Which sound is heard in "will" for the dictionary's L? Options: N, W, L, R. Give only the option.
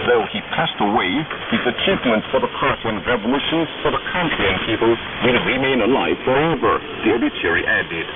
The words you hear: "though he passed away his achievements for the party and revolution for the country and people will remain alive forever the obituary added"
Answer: N